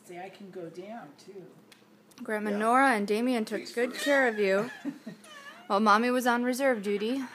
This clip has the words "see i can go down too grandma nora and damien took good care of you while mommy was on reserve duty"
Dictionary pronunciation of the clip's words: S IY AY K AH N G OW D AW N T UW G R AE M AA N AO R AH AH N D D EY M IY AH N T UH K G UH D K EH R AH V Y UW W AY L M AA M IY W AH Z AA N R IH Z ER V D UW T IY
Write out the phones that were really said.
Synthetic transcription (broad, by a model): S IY AY K N G OW D AW N T UW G R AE M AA N AO R AH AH N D D EY M IY AH N T UH K G UH D K EH R AH V Y UW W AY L M AA M IY W AH Z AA N R IH Z ER V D UW T IY